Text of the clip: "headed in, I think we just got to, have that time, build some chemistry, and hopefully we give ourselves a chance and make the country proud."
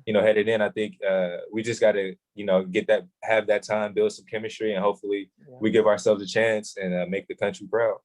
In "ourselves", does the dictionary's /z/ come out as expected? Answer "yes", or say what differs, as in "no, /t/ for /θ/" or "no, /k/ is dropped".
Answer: yes